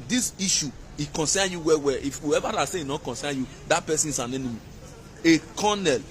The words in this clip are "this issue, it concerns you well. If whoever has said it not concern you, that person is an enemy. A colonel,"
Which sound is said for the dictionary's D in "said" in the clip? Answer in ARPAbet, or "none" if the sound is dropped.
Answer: none